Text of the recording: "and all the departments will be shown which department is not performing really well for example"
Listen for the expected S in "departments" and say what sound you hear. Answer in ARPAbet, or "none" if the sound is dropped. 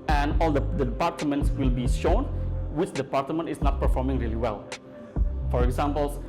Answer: S